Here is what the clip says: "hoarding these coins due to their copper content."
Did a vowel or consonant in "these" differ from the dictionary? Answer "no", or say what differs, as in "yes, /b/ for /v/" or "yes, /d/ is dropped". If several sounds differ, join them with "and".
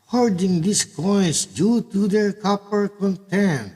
yes, /s/ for /z/